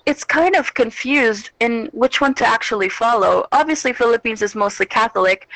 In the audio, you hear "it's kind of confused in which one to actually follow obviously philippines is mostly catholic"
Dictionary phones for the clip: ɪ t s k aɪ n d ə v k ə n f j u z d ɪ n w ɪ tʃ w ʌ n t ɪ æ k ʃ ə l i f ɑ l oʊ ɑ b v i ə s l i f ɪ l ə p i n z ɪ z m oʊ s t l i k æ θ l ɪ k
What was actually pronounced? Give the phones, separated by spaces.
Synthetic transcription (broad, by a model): ɪ t s k aɪ n d ə v k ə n f j u z d ɪ n w ɪ tʃ w ʌ n t ɪ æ k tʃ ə l i f ɑ l oʊ ɑ b v i ə s l i f ɪ l ə p i n z ɪ z m oʊ s t l i k æ θ l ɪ k